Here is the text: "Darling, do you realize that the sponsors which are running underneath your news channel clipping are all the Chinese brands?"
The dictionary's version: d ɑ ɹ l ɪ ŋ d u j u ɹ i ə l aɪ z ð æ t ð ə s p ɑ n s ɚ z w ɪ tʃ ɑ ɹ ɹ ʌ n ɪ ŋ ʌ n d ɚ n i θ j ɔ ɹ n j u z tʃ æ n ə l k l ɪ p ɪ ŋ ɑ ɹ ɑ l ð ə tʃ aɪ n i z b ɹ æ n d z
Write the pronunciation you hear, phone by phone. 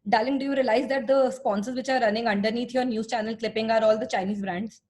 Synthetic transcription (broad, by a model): d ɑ l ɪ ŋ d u j u ɹ i ə l aɪ z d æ t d ə s p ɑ n s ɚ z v ɪ tʃ ɑ ɹ ɹ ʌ n ɪ ŋ ʌ n d ɚ n i t j ɔ ɹ n j u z tʃ æ n ə l k l ɪ p ɪ ŋ ɑ ɹ ɑ l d ə tʃ aɪ n i z b ɹ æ n d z